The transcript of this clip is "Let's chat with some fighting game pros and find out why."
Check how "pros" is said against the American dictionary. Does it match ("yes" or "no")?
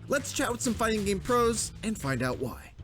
yes